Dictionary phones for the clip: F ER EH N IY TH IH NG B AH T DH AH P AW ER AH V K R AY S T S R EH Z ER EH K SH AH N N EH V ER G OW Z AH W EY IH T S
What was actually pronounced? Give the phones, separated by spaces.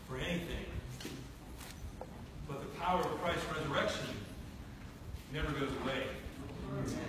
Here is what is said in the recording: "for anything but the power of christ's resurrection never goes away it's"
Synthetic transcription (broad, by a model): F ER EH N IY TH IH NG B AH T DH AH P AW ER AH V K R AY S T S R EH Z ER EH K SH AH N N EH V ER G OW Z AH W EY IH